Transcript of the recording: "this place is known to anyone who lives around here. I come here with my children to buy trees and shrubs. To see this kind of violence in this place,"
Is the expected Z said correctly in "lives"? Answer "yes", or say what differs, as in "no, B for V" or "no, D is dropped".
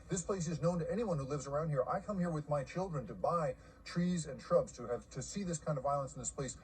yes